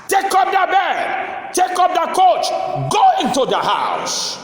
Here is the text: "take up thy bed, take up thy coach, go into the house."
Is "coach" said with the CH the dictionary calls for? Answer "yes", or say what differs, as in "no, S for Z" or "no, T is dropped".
yes